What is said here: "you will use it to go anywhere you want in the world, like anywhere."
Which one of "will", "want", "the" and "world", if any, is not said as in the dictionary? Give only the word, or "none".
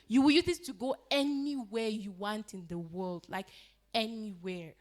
none